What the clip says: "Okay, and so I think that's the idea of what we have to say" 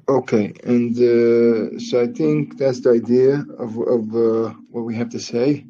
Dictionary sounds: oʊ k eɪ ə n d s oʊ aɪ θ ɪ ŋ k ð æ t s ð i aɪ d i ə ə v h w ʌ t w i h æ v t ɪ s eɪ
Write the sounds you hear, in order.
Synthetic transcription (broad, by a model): oʊ k eɪ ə n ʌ s oʊ aɪ θ ɪ ŋ k ð æ t s ð i aɪ d i ə ə v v w ʌ t w i h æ f t ɪ s eɪ